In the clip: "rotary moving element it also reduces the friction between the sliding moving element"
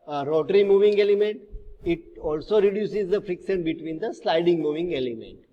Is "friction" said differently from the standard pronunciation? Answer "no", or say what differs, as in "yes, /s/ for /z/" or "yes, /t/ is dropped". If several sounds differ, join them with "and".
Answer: yes, /s/ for /ʃ/